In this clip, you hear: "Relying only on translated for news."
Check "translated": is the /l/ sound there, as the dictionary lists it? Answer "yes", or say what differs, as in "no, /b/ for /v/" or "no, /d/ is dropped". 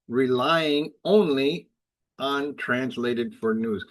yes